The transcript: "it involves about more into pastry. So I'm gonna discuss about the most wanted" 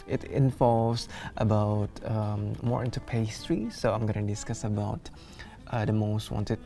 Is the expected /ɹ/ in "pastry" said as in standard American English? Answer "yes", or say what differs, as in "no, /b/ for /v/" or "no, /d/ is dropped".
yes